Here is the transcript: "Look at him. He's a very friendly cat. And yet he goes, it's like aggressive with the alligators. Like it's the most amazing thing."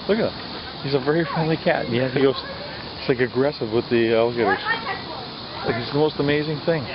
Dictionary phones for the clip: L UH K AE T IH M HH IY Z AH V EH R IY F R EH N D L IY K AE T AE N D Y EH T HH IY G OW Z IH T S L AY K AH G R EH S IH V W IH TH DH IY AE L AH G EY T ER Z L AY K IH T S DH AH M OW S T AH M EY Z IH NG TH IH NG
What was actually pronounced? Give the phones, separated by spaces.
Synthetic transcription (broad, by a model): L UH K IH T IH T HH IY Z AH V EH R IY F R EH N D L IY K AE T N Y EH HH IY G OW IH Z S L AY K AH G R EH S IH V W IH DH IY AE L AH G EY T ER Z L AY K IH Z DH AH M OW S T AH M EY Z IH NG TH IH NG